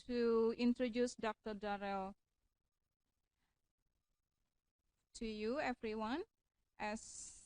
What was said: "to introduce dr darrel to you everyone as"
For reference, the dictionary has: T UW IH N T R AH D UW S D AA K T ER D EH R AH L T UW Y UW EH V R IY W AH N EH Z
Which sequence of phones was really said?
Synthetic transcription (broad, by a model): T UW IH N T R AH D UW S D AA K T ER D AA R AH L T UW Y UW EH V R IY W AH N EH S